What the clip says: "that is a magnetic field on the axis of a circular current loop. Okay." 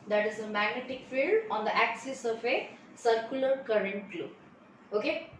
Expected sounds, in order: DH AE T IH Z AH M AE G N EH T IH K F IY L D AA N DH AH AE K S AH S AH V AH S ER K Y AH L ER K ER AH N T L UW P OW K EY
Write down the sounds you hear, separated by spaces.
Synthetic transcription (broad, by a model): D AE T IH Z AH M AE G N EH T IH K F IY L D AA N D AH AE K S AH S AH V AH S ER K Y AH L ER K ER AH N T L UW OW K EY